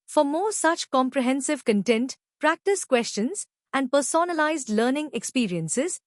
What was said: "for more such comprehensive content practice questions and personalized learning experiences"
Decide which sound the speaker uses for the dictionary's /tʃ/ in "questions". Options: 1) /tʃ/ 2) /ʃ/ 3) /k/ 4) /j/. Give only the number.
1